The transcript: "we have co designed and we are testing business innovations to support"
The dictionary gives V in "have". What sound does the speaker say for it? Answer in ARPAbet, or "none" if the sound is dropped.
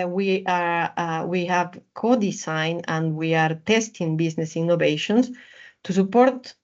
V